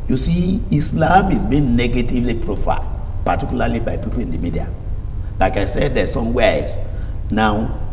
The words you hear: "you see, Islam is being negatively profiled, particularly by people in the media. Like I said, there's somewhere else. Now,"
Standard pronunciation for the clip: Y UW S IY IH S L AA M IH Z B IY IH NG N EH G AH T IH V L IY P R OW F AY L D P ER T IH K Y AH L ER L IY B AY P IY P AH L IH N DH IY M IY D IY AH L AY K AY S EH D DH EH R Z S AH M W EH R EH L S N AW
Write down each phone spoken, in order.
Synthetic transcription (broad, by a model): Y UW S IY IH S L AA M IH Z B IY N N EH G AH T IH V L IY P R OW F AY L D P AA T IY K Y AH L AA L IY B AY P IY P AH L IH N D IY M IY D IY AH L AY K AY S EH D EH S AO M W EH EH S N AW